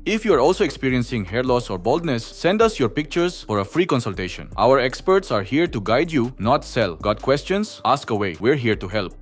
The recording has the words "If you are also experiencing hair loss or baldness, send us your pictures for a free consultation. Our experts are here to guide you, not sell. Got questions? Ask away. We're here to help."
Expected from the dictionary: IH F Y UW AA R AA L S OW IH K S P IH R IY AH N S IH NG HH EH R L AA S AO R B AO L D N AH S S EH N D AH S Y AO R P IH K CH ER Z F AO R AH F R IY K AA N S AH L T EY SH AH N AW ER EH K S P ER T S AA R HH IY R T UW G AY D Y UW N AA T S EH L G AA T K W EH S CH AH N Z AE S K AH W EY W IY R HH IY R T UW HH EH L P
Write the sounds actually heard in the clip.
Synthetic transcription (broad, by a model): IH F Y UW AA R AA L S OW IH K S P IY R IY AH N S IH NG HH EH R L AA S AO R B AO L D N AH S S EH N D AH S Y AO R P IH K CH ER S F AO R AH F R IY K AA N S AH L T EY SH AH N AW ER EH K S P ER T S AA R HH IY R T UW G AY D Y UW N AA T S EH L G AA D K W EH S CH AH N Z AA S K AH W EY W IY R HH IY R T UW HH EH L P